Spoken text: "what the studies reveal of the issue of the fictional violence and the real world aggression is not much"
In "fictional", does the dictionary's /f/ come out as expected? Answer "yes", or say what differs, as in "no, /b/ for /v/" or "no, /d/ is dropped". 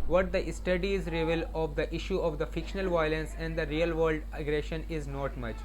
yes